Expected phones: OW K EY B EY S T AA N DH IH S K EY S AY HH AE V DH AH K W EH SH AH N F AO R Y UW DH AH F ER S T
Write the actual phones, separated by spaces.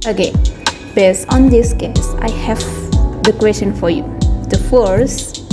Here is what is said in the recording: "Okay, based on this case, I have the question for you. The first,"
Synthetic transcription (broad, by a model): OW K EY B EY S AA N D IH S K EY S AY HH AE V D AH K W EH S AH N F AO R Y UW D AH F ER S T